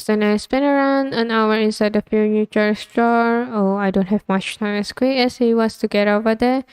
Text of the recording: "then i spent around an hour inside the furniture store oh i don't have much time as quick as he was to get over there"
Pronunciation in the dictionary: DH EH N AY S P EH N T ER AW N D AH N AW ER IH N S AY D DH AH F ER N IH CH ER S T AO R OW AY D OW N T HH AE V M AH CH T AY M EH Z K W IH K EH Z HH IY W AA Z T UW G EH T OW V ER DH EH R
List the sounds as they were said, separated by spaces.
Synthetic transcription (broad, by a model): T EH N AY S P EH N ER AW N D AH N AW ER IH N S AY D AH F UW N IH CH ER S T AO R OW AY D OW N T HH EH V M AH CH T AY M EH S K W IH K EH S HH IY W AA S T UW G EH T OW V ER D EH